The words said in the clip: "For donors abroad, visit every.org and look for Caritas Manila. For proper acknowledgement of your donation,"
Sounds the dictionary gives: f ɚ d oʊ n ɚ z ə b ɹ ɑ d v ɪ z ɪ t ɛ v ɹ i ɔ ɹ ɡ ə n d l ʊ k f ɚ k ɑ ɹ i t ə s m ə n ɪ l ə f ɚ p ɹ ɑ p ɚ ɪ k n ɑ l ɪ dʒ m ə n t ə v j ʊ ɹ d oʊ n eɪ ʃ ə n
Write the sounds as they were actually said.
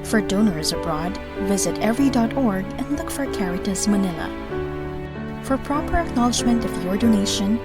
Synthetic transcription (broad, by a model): f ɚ d oʊ n ɚ z ə b ɹ ɑ d v ɪ z ɪ t ɛ v ɹ i ɔ ɹ ɡ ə n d l ʊ k f ɚ k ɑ ɹ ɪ t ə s m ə n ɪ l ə f ɚ p ɹ ɑ p ɚ ɪ k n ɑ l ɪ dʒ m ə n t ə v j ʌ ɹ d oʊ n eɪ ʃ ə n